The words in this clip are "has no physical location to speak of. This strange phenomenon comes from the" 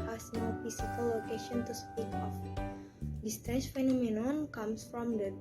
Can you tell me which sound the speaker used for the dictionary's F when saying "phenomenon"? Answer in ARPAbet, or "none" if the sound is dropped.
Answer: F